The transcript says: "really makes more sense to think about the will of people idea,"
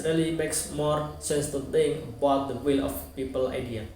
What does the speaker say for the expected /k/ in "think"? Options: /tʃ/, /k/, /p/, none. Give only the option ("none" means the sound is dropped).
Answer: none